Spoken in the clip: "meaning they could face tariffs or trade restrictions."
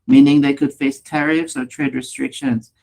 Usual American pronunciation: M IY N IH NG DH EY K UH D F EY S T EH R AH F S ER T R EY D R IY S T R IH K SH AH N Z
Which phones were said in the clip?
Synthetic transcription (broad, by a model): M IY N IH NG DH EY K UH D F EY S T EH R AH F S ER T R EY D R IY S T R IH K SH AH N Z